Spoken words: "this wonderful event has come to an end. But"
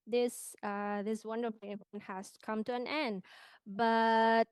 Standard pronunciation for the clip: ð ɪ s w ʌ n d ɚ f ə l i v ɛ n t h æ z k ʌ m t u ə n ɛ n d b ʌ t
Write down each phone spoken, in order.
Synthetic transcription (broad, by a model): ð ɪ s w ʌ n d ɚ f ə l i w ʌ n h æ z k ʌ m t u ə n ɛ n d b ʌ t